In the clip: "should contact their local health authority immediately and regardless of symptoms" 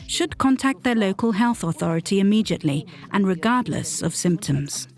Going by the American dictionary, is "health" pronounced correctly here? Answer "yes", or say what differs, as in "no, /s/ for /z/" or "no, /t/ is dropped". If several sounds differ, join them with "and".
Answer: yes